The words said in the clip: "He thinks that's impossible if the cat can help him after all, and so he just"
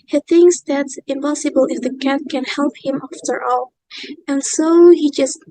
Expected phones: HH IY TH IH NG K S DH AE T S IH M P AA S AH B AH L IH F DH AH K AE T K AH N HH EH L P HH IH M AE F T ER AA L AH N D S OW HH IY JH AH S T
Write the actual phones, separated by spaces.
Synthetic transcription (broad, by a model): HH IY TH IH NG K S DH AE T S IH M P AA S AH B AH L IH F DH AH K AE T K AH N HH EH L P HH IH M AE F T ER AA L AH N S OW HH IY JH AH S T